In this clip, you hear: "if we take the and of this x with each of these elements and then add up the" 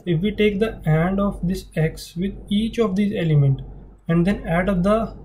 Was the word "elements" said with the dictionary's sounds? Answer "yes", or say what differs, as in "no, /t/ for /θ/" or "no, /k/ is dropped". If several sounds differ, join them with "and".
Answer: no, /s/ is dropped